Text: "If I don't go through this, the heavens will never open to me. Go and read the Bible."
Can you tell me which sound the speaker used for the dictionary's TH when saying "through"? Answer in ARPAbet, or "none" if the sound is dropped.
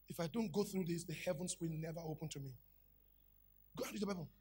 TH